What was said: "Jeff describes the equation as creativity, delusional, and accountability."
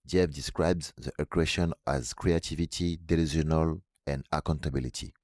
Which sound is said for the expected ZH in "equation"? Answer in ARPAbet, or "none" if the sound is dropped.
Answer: SH